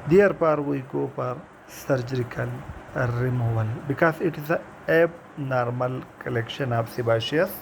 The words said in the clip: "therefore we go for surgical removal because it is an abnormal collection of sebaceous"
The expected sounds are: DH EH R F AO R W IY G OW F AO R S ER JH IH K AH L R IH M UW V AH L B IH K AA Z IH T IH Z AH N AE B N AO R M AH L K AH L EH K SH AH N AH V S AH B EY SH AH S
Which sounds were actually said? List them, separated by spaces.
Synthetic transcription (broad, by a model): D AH R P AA R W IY G OW P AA R S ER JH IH K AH L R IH M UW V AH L B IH K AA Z IH T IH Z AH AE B N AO R M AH L K AH L EH K SH AH N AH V S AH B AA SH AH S